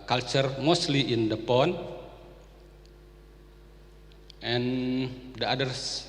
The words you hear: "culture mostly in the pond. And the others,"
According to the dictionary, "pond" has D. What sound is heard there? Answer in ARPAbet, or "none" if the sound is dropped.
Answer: none